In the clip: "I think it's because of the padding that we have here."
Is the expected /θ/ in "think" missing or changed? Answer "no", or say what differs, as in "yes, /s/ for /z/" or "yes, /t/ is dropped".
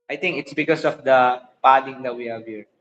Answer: yes, /t/ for /θ/